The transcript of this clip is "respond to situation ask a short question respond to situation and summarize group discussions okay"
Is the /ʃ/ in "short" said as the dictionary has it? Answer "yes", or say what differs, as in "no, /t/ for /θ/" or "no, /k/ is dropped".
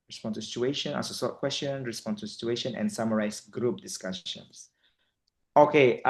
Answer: no, /s/ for /ʃ/